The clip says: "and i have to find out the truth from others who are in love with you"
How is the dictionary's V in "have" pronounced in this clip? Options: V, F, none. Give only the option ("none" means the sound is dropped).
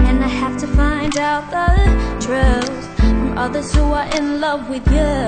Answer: F